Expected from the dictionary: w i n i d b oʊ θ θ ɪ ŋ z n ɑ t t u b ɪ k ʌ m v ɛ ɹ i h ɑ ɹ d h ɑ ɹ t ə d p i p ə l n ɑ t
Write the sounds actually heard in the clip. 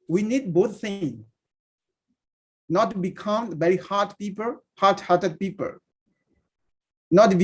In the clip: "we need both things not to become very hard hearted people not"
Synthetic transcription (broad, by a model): w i n i d b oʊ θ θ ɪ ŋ n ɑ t t u b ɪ k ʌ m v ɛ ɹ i h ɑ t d h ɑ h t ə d p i p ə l n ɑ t